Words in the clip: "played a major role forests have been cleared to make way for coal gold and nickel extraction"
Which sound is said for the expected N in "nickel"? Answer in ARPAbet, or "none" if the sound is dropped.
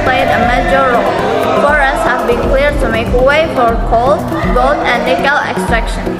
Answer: L